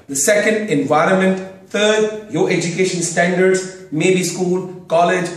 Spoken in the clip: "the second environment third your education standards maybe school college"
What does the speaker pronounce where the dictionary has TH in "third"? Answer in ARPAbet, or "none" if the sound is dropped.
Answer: T